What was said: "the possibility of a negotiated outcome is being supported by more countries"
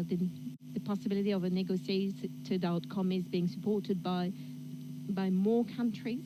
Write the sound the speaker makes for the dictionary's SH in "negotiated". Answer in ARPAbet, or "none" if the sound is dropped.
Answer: S